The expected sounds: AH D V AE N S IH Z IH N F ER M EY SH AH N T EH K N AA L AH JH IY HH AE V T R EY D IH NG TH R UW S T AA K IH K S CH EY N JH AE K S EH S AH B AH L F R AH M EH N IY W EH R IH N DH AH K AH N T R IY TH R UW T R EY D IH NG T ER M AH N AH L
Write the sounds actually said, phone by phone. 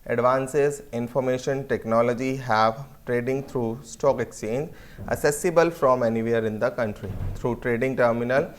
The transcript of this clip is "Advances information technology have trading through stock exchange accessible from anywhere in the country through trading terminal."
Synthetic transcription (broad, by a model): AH D V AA N S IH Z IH N F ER M EY SH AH N T EH K N AA L AH JH IY HH AE V T R EY D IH NG T R UW S T AA K IH K S CH EY N JH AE S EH S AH B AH L F R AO M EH N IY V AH R IH N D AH K AH N T R IY T R UW T R EY D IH NG T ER M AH N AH L